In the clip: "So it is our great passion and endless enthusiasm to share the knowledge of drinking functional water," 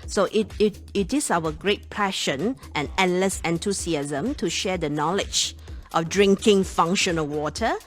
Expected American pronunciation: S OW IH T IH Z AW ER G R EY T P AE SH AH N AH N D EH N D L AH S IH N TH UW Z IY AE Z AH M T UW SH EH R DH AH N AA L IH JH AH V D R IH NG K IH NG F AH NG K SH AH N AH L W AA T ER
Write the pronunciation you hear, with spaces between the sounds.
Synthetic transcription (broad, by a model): S OW IH T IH S AW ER G R EY T P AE SH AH N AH N EH N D L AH S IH N T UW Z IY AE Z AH M T UW SH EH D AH N AA L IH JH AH F D R IH NG K IH NG F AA NG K SH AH N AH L W AA T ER